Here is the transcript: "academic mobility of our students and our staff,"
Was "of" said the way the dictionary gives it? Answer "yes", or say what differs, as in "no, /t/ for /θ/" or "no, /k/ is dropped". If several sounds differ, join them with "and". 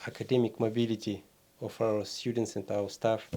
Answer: no, /f/ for /v/